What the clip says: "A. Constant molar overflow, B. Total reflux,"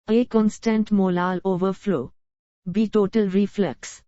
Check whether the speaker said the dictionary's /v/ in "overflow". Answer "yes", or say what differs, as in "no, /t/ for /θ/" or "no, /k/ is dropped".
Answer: yes